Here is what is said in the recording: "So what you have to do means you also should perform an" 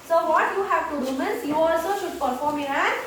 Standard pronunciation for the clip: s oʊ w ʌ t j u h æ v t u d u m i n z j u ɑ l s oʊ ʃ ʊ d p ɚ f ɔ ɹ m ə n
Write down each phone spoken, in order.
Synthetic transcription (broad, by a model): s oʊ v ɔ t j u h æ v t u d u m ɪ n s j u ɑ l s oʊ ʃ ʊ d p ɚ f ɔ ɹ m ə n